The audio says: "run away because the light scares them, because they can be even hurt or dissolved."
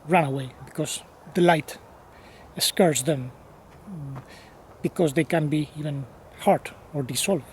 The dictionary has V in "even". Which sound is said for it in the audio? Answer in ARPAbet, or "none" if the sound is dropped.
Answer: V